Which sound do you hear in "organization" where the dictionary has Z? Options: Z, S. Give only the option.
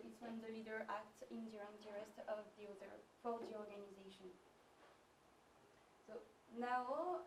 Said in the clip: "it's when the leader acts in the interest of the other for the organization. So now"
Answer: Z